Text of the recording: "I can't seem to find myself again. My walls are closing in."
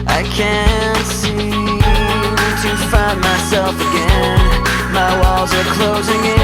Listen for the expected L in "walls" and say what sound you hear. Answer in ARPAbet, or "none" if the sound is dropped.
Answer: L